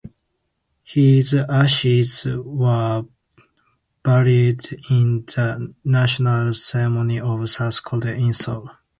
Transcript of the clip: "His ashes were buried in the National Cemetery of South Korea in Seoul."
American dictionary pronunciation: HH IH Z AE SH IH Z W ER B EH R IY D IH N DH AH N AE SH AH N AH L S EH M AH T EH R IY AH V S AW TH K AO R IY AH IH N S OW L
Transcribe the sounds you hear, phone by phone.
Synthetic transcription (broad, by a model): HH IH Z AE SH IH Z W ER B EH R IY D IH N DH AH N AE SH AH N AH L S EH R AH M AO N IY AH V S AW S K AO L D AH IH N S OW L